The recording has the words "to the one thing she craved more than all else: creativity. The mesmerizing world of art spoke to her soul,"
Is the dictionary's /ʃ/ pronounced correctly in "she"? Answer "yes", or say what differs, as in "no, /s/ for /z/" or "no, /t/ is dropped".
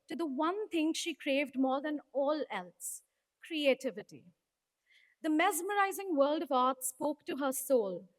yes